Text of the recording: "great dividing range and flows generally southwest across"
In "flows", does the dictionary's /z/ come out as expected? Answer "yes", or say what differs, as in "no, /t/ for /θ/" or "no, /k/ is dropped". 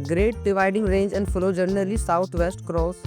no, /z/ is dropped